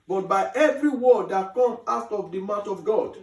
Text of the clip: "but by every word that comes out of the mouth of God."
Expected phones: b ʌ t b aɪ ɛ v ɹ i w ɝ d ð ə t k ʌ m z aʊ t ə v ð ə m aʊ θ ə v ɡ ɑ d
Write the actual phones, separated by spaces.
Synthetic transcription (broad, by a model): b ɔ t b aɪ ɛ v ɹ i w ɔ d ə t k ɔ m aʊ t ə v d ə m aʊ t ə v ɡ ɑ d